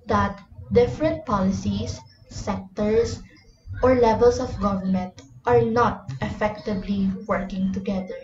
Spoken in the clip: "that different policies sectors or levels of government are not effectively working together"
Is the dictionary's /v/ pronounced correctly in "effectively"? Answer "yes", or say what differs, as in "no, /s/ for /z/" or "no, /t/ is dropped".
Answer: no, /b/ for /v/